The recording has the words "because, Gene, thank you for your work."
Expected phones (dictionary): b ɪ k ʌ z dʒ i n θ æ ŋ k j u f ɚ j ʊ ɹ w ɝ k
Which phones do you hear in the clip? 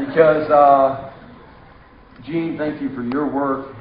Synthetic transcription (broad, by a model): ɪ k ʌ z dʒ i n θ æ ŋ k j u f ɚ j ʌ ɹ w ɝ k